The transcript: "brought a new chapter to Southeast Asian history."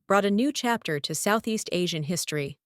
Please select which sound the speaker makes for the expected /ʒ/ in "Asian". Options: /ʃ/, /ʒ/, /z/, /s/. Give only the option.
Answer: /ʒ/